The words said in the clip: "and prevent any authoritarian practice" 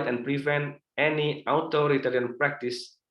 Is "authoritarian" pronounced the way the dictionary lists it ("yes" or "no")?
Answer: no